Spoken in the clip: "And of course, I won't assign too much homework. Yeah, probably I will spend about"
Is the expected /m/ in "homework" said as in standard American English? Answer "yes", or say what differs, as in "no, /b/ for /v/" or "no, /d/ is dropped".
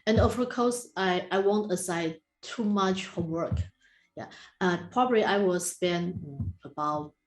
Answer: no, /m/ is dropped